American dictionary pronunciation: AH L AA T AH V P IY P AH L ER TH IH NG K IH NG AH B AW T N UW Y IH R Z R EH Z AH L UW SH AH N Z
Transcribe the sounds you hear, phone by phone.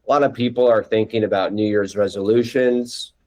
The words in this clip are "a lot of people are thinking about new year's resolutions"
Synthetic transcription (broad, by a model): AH L AA T AH V P IY P L ER TH IH NG K IH NG AH B AW T N UW Y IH R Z R EH Z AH L UW SH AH N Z